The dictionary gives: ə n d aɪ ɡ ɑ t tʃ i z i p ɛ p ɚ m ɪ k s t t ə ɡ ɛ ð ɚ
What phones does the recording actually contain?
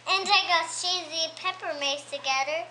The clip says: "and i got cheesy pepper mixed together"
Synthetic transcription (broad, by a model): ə n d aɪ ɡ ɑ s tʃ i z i p ɛ p ɚ m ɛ s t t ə ɡ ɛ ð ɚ